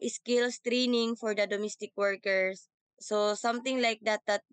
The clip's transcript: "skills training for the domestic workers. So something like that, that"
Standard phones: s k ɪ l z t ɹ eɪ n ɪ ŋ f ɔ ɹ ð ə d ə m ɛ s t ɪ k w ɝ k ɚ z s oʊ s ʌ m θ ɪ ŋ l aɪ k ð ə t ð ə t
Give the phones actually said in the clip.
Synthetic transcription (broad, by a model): s k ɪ l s t ɹ eɪ n ɪ ŋ f ɔ ɹ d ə d ə m ɛ s t ɪ k w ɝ k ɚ s oʊ s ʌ m t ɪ ŋ l aɪ k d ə t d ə t